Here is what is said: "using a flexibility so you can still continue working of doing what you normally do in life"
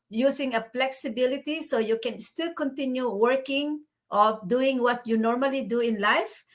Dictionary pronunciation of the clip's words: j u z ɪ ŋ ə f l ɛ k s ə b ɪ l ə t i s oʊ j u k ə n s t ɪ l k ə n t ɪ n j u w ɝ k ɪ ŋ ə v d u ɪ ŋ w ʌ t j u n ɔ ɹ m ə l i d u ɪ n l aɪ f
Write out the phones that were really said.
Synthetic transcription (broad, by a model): j u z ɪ ŋ ə p l ɛ k s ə b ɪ l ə t i s oʊ j u k ə n s t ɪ l k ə n t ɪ n j u w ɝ k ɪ ŋ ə d u ɪ ŋ w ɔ t j u n ɔ ɹ m ə l i d u ɪ n l aɪ f